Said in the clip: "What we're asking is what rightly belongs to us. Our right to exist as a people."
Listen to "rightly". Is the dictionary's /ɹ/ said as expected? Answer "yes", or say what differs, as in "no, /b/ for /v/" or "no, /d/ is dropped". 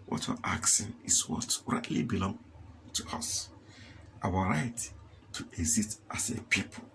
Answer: yes